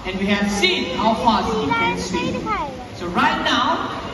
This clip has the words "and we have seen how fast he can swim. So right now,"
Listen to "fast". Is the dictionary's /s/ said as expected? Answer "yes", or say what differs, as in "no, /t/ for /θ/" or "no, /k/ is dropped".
no, /s/ is dropped